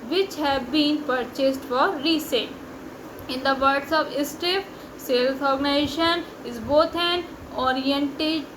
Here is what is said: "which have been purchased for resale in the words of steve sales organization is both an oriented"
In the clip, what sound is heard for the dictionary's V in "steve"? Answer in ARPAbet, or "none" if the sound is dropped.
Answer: F